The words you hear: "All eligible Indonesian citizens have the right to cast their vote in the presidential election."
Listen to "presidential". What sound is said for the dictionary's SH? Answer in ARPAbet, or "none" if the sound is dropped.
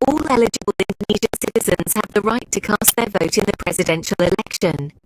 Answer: SH